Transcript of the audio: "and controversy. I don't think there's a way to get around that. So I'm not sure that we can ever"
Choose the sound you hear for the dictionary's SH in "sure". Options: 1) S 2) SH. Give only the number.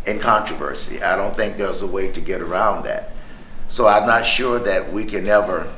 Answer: 2